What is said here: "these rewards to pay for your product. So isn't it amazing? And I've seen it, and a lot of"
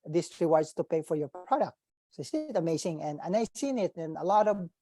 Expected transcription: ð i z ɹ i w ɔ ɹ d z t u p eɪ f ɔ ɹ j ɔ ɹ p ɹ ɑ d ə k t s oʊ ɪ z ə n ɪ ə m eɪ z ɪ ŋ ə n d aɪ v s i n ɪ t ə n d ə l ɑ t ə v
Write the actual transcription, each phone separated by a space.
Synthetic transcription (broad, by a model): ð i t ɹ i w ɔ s t u p eɪ f ɔ ɹ j ɔ ɹ p ɹ ɑ d ə k t s oʊ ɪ s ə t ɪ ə m eɪ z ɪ ŋ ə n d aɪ s i n ɪ t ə n ə l ɑ t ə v